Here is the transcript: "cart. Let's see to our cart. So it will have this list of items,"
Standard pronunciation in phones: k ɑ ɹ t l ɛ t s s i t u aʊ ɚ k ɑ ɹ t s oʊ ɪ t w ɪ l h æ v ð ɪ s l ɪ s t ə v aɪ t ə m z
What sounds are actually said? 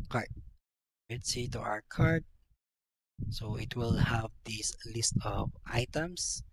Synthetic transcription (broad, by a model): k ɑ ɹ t w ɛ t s s i t u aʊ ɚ k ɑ ɹ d s oʊ ɪ t w ɪ l h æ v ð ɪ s l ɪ s t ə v aɪ t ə m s